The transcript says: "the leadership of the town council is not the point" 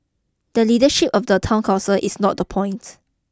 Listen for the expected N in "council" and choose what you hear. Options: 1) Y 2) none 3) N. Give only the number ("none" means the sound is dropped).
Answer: 2